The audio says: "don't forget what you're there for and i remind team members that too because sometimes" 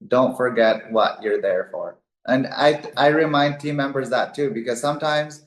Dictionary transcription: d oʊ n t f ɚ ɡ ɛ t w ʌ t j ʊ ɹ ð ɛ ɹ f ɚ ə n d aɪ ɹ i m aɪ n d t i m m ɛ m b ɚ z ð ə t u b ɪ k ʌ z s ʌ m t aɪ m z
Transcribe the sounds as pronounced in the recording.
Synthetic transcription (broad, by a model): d oʊ n t f ɚ ɡ ɛ t w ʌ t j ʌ ɹ ð ɛ ɹ f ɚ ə n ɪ aɪ ɹ i m aɪ n d t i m m ɛ m b ɚ z ð ə t u b ɪ k ʌ z s ʌ m t aɪ m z